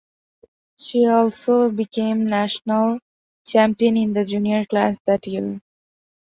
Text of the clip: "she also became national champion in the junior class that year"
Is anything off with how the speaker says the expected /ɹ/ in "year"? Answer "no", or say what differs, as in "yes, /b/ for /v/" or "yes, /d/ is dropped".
yes, /l/ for /ɹ/